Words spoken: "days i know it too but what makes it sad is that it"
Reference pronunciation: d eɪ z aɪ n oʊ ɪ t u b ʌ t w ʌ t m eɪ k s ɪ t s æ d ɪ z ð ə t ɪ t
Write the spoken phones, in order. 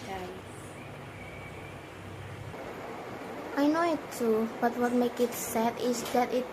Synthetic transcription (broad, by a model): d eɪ aɪ n oʊ ɪ t u b ʌ t w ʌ t m eɪ k ɪ t s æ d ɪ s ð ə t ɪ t